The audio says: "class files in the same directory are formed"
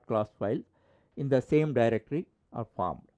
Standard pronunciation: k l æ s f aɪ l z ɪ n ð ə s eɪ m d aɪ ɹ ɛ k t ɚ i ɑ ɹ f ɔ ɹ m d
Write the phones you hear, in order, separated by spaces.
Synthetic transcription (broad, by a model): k l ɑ s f aɪ l ɪ n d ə s eɪ m d aɪ ɹ ɛ k t ɚ i ɑ ɹ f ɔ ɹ m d